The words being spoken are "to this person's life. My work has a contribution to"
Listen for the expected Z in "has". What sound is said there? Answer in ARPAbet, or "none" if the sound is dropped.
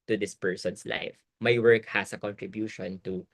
S